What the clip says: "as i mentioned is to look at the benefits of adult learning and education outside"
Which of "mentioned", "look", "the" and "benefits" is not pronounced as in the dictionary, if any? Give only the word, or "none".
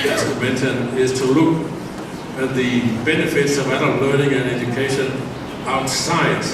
mentioned